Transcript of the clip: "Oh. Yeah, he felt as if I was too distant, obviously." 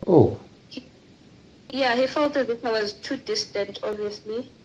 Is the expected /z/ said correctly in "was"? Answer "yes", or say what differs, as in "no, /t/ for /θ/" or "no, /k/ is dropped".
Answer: yes